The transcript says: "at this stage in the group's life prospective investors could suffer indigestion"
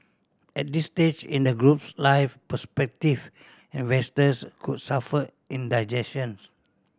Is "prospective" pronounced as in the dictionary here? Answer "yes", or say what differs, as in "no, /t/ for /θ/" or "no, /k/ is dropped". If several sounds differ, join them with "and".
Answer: no, /ɹ/ is dropped